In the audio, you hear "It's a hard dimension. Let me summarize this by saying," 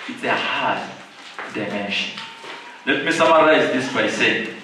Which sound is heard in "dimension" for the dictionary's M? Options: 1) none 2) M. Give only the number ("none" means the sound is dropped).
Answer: 2